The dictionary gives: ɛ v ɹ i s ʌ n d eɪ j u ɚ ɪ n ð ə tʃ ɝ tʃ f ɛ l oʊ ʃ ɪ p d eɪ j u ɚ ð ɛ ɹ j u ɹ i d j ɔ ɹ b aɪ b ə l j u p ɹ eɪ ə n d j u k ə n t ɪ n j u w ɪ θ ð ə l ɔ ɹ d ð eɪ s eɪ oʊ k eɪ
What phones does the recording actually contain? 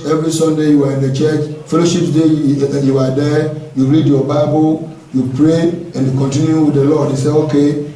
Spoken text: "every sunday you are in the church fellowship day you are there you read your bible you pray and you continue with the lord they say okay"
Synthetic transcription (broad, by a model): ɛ v ɹ i s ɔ n d eɪ j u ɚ ɪ n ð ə tʃ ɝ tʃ f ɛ l oʊ ʃ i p d eɪ j u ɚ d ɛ j u ɹ i d j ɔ b aɪ b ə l j u p ɹ eɪ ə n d j u k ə n t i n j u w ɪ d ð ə l ɔ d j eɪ s eɪ oʊ k eɪ